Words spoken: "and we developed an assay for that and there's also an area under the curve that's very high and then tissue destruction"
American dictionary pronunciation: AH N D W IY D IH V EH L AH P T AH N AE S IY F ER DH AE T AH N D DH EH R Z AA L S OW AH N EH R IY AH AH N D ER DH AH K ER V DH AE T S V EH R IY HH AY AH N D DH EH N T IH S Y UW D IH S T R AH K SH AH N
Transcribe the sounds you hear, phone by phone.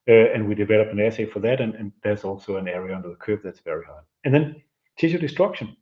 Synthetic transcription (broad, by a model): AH N W IY D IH V EH L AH P AH N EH S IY F ER DH AE T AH N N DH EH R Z AA L S OW AH N EH R IY AH AH N D ER DH AH K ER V DH AE T S V EH R IY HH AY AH N DH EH N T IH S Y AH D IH S T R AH K SH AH N